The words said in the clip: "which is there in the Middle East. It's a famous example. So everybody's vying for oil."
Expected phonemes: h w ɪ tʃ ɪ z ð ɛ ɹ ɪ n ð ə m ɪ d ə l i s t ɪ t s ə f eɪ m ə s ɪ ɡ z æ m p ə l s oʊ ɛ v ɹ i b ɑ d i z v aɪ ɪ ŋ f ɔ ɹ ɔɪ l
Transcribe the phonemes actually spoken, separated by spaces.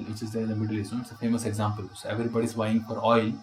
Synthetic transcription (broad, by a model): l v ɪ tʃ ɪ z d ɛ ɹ ɪ n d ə m ɪ d ə l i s ɪ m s ə f eɪ m ə s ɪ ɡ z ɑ m p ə l s oʊ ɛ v ɹ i b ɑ d i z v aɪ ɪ ŋ f ɔ ɹ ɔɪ l